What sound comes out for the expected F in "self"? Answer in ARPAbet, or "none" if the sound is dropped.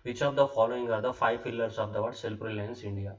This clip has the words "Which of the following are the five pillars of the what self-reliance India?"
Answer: P